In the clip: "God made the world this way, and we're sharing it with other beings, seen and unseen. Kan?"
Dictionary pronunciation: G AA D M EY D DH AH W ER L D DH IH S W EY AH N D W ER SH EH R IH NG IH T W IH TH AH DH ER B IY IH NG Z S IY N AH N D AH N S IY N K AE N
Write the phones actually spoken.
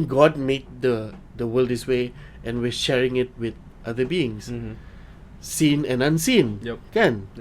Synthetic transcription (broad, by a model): G AA D M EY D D AH W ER L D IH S W EY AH N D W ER SH EH R IH NG IH T W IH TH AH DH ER B IY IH NG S S IY N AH N AH N S IY N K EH N